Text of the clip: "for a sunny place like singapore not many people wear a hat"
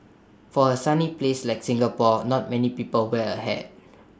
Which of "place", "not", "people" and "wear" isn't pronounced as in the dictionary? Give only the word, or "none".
wear